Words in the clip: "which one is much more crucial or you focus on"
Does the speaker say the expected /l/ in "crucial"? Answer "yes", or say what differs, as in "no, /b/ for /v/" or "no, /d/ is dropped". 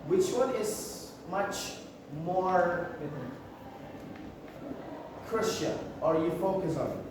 no, /n/ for /l/